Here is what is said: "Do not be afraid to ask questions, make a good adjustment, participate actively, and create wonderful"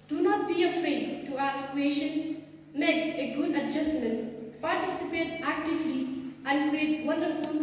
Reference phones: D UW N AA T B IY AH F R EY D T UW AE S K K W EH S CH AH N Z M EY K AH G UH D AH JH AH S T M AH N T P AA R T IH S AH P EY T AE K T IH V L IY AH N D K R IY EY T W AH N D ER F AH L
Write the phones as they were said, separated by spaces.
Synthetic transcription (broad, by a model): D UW N AA T B IY AH F R EY D T UW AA S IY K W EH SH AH N M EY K AH G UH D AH JH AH S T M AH N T P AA R T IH S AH P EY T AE K T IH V L IY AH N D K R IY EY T W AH N D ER F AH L